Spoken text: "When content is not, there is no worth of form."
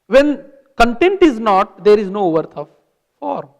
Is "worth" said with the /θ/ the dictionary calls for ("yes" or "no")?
no